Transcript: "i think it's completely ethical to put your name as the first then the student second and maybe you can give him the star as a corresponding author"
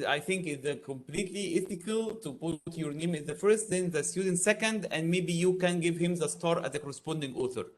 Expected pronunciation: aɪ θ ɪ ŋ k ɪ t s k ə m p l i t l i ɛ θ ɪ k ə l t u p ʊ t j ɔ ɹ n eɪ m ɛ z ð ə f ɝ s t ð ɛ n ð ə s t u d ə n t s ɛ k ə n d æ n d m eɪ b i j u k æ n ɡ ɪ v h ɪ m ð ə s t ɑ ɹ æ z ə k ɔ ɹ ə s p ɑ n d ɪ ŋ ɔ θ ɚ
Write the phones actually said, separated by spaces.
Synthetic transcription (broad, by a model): aɪ θ ɪ ŋ k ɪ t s k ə m p l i t l i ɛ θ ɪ k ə l t u p ʊ t j ɔ ɹ n eɪ m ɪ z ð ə f ɝ s t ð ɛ n ð ə s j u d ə n t s ɛ k ə n d æ n d m eɪ b i j u k æ n ɡ ɪ v h ɪ m ð ə s t ɑ ɹ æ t ə k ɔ ɹ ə s p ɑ n d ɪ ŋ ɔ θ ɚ